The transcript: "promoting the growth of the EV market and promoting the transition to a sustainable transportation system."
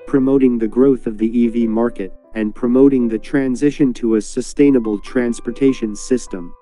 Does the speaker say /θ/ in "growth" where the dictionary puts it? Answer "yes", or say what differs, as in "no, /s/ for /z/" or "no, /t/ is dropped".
yes